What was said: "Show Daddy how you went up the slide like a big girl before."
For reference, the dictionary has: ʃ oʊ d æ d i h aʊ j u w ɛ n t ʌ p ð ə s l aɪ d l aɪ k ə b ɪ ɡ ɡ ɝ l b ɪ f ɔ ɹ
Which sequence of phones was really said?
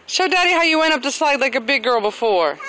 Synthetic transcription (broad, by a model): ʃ oʊ d æ d i h aʊ j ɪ w ɛ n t ʌ p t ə s l aɪ d l aɪ k ə b ɪ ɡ ɡ ɝ l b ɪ f ɔ ɹ